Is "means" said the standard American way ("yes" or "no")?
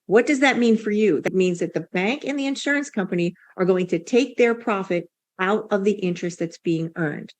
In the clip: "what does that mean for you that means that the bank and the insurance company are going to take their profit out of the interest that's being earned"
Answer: yes